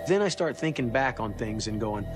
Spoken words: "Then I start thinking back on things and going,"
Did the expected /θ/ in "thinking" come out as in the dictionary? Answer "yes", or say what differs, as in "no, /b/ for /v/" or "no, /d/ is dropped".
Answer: yes